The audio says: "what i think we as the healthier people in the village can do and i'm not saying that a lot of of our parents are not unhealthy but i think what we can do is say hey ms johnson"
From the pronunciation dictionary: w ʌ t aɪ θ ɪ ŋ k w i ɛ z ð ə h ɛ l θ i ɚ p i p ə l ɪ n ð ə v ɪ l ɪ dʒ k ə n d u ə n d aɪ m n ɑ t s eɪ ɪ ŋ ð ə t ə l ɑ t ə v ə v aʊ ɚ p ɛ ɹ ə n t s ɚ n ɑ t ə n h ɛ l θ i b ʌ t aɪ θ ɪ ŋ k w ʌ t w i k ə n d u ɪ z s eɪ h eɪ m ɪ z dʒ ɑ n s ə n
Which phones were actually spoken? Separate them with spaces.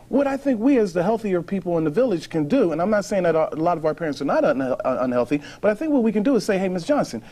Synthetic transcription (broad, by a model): w ʌ t aɪ θ ɪ ŋ k w i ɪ z ð ə h ɛ l θ i ɚ p i p l ɪ n ð ə v ɪ l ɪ ʒ k ə n d u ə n aɪ m n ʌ t s eɪ ɪ ŋ ð ə t ə l ɑ t ə v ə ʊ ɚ p ɛ ɹ ə n t s ɚ n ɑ t ə n h ɛ l θ i b ʌ t aɪ θ ɪ ŋ k w ʌ t w i k ə n d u ɪ z s eɪ h eɪ m ɪ s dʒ ɑ n s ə n